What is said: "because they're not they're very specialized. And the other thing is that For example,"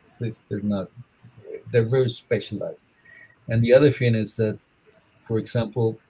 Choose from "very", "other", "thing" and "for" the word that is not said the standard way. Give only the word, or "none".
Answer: thing